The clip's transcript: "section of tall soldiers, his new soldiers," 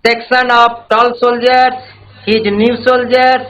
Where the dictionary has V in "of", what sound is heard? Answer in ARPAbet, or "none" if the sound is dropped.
P